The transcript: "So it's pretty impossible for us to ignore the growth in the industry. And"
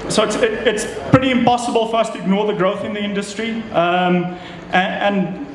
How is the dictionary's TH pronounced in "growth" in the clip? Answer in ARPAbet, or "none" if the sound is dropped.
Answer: TH